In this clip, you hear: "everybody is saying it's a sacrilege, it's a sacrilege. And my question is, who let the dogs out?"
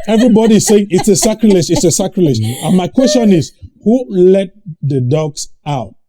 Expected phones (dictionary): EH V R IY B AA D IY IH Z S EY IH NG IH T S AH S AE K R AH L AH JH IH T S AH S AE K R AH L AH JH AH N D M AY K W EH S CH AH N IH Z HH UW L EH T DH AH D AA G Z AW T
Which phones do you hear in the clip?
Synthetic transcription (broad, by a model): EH V R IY B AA D IY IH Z S EY IH NG IH T S AH S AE K R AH L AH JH IH T S AH S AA K R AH L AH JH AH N M AY K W EH S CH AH N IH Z HH UW L EH T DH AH D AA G S AW T